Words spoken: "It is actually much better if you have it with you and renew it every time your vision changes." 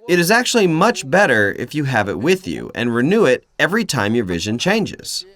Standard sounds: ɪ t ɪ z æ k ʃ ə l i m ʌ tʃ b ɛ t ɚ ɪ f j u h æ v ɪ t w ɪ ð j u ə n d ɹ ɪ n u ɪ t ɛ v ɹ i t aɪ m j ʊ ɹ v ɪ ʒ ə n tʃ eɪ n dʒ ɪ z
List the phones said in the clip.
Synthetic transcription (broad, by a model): ɪ t ɪ z æ k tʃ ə l i m ʌ tʃ b ɛ t ɚ ɪ f j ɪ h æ v ɪ t w ɪ ð j u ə n ɹ ɪ n u ɪ t ɛ v ɹ i t aɪ m j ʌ ɹ v ɪ ʒ ə n tʃ eɪ n dʒ ɪ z